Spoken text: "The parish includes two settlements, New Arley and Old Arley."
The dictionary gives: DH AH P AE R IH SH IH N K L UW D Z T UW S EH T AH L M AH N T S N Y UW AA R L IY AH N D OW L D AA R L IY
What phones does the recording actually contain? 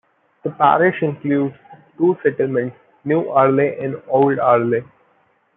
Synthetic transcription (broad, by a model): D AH P AE R IH SH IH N K L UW D T UW S EH T AH L M AH N T S N Y UW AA R L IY AH N D OW L D AA R L IY